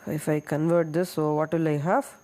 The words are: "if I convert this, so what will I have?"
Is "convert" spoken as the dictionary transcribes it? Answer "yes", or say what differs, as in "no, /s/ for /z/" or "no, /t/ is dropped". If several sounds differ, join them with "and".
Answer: yes